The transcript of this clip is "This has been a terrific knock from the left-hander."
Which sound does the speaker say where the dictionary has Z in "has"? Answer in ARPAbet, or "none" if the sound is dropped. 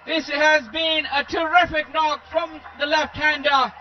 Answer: Z